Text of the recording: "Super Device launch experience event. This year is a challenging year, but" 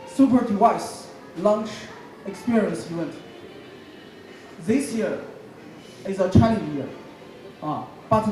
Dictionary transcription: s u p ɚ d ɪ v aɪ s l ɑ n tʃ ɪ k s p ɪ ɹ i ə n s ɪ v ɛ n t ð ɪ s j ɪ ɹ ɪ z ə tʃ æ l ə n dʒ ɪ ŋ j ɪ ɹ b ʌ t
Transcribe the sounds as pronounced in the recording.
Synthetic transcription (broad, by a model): s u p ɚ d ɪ aɪ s l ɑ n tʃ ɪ k s p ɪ ɹ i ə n s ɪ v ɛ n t ð ɪ s j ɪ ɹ ɪ z ə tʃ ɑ ə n ɪ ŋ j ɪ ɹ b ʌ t